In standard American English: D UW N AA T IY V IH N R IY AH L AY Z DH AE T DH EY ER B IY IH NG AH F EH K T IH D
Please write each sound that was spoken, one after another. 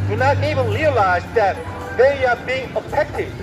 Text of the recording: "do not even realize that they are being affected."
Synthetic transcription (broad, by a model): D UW N AA T IY V IH N R IY AH L AY Z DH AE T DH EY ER B IY IH NG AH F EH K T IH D